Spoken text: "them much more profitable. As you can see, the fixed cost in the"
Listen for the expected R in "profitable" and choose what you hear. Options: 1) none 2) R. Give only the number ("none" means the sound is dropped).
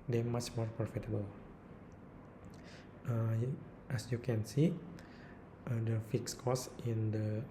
1